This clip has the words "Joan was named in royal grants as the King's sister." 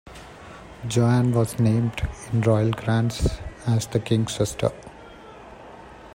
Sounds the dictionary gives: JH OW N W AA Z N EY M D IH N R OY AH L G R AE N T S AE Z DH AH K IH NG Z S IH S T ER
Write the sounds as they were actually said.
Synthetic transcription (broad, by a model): JH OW N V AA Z N EY M D IH N R OY AH L G R AE N T S AE Z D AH K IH NG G S IH S T ER